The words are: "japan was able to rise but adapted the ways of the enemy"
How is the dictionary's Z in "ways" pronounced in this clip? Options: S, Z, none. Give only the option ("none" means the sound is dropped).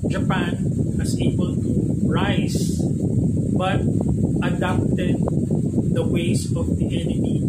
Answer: S